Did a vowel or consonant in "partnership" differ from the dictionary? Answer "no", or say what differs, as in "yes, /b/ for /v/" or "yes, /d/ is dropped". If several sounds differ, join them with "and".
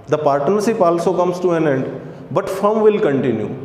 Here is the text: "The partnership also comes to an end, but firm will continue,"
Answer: yes, /s/ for /ʃ/